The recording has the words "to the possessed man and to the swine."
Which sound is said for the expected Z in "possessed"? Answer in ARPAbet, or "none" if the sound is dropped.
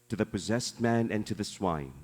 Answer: Z